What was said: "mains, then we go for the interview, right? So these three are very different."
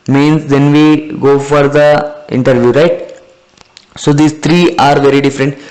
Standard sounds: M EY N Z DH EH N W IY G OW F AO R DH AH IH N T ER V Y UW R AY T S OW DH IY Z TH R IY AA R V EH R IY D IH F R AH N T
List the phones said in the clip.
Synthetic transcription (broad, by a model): M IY N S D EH N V IY G OW F AO R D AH IH N T ER V Y UW R AY T S OW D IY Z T R IY AA R V EH R IY D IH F R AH N T